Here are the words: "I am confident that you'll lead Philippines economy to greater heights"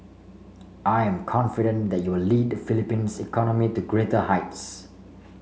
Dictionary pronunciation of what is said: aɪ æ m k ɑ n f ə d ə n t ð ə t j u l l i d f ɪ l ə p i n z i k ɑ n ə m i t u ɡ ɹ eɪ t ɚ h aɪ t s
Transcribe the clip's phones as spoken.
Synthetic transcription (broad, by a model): aɪ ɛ m k ɑ n f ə d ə n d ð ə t j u w l i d f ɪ l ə p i n s i k ɑ n ə m i t u ɡ ɹ eɪ t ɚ h aɪ t s